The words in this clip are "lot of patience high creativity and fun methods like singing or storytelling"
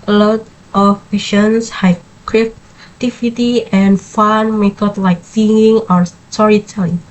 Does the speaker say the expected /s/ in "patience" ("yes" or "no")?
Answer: yes